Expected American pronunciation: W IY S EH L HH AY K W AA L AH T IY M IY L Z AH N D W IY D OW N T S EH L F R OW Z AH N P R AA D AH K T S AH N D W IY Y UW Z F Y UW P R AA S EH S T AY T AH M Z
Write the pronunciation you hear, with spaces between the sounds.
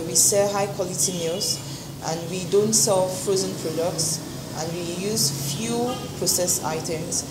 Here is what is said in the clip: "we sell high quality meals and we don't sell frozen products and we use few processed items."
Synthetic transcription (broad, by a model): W IY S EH HH AY K W AA L AH T IY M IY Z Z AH N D W IY D OW N T S EH L F R OW Z AH N P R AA D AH K T S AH N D W IY Y UW Z F Y UW P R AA S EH S AY T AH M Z